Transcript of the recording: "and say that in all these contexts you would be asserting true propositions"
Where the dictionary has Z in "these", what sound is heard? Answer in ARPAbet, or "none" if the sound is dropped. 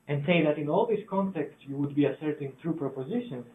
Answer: S